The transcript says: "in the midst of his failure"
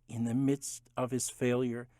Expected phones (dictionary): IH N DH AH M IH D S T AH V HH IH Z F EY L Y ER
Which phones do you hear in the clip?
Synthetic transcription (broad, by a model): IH N DH AH M IH D S T AH V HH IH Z F EY L Y ER